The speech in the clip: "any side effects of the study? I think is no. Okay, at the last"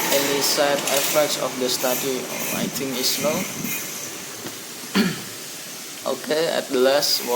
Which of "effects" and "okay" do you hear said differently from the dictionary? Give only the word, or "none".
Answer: none